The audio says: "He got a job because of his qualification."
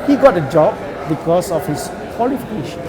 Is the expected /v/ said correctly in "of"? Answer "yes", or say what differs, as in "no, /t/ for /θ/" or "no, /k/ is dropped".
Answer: no, /f/ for /v/